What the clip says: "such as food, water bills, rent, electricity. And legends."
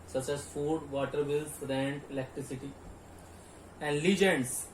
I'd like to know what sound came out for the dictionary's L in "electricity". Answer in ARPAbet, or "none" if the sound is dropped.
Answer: L